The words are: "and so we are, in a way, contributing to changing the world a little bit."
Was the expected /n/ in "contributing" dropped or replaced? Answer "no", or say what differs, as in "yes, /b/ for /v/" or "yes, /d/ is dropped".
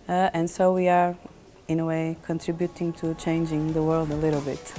no